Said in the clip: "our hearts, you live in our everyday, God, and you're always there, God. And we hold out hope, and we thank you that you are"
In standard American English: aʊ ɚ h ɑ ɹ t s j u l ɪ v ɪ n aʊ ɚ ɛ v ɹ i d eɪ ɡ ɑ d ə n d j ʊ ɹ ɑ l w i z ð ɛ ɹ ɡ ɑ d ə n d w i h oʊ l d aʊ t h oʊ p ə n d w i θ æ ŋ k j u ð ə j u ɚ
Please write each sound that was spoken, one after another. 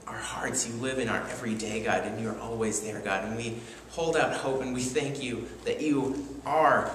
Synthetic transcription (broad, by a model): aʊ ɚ h ɑ ɹ t s j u l ɪ v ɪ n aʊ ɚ ɛ v ɹ i d eɪ ɡ ɑ d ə n j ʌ ɹ ɑ l w i z ð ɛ ɹ ɡ ɑ d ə n w i h oʊ l d aʊ t h oʊ p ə n w i θ æ ŋ k j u ð ə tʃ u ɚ